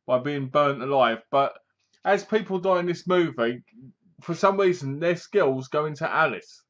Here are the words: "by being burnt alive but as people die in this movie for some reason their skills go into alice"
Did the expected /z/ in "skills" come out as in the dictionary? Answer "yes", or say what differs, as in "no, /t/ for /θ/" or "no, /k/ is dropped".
yes